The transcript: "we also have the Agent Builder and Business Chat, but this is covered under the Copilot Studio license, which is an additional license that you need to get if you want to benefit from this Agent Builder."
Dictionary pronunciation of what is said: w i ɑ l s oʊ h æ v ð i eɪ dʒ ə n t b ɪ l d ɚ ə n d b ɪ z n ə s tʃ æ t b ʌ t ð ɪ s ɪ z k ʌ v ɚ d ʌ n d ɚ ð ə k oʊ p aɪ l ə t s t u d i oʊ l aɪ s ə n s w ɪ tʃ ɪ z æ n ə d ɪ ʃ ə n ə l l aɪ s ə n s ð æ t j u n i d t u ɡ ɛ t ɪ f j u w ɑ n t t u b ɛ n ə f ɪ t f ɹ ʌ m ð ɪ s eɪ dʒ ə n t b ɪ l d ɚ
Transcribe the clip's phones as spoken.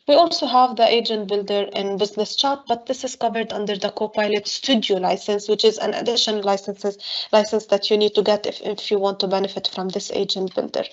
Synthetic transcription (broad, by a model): w i ɑ l s oʊ h æ v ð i eɪ dʒ ə n t b ɪ l d ɚ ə n b ɪ z n ə s tʃ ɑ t b ʌ t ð ɪ s ɪ z k ʌ v ɚ d ʌ n d ɚ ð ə k oʊ p aɪ l ə t s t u d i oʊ l aɪ s ə n s w ɪ tʃ ɪ z æ n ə d ɪ ʃ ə n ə l l aɪ s ə n s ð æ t j u n i d t u ɡ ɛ t ɪ f j u w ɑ n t t u b ɛ n ə f ɪ t f ɹ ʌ m ð ɪ s eɪ dʒ ə n t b ɪ l d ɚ